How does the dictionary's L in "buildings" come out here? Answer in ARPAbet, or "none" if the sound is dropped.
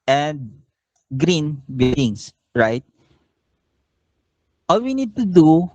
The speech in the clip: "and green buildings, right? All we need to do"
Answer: none